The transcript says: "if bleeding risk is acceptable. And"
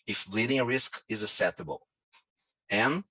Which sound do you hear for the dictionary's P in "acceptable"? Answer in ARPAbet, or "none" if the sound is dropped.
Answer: none